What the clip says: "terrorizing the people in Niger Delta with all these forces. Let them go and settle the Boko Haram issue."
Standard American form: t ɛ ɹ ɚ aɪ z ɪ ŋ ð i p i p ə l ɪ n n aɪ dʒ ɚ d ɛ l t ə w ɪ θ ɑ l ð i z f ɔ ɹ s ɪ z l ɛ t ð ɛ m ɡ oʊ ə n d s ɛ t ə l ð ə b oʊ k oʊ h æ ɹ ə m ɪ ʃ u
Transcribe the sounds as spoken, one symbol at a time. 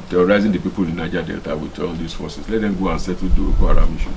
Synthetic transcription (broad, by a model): t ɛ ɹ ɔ aɪ z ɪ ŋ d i p i p ə l ɪ n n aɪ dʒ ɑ d ɛ l t ə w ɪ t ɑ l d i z f ɔ s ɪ s l ɛ t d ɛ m ɡ oʊ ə n s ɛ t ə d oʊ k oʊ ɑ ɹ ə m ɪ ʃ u